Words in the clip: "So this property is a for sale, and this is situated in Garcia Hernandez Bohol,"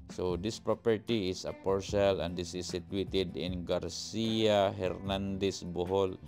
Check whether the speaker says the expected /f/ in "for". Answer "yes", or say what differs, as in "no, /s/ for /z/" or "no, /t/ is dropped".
no, /p/ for /f/